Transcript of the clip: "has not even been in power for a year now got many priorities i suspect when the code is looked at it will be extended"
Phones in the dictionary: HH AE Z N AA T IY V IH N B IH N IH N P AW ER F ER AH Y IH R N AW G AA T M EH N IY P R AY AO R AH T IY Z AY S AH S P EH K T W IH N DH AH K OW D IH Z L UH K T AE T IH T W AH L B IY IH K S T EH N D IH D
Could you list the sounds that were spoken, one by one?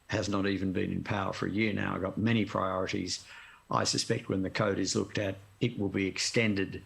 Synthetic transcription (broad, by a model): HH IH Z N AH T IY V IH N B IH N IH N P AW ER F ER AH Y IH R N AW G AA T M EH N IY P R AY AO R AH T IY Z AY S AH S P EH K T W IH N DH AH K OW D IH Z L UH K T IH T IH T W AH L B IY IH K S T EH N D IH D